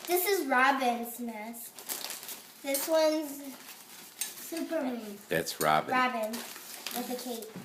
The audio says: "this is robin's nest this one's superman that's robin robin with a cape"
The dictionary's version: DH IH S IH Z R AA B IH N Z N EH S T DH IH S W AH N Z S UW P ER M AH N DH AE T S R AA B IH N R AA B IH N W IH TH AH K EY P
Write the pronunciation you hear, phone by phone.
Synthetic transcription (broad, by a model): DH IH S IH Z R AA B IH N Z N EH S DH IH S W AH N Z S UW P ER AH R DH AE T S R AA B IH R AA B IH N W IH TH AH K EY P